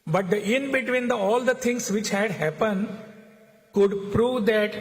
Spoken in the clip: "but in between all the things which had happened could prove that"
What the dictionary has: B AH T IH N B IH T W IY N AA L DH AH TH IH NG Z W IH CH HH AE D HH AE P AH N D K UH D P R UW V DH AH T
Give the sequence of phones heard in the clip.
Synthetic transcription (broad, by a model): B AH T IH N B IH T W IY N AA L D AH T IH NG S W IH CH HH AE D HH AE P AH N D K UH D P R UW V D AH T